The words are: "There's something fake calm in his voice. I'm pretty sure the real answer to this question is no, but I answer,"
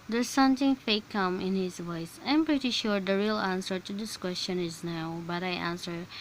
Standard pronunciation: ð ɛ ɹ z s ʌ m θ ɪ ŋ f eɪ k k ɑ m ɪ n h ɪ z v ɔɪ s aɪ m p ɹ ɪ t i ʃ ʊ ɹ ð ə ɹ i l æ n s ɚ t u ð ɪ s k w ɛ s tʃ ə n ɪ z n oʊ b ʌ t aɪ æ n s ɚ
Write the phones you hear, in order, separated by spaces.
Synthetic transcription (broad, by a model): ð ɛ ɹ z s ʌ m t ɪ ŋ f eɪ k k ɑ m ɪ n h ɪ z v ɔɪ s aɪ m p ɹ ɪ t i ʃ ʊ ɹ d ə ɹ i l æ n s ɚ t u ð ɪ s k w ɛ s tʃ ə n ɪ z n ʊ b ʌ t aɪ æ n s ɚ